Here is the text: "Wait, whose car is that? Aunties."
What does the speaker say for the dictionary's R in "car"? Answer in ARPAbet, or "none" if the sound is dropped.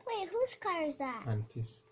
L